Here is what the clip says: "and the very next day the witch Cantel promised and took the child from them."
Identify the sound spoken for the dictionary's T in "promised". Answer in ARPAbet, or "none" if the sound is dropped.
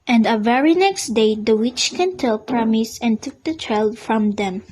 none